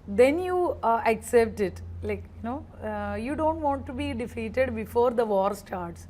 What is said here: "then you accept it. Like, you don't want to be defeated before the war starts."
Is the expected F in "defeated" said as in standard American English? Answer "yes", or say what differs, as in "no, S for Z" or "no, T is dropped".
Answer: yes